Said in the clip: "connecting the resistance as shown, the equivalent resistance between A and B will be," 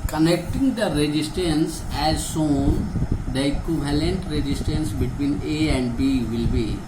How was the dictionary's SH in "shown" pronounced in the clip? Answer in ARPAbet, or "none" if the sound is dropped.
S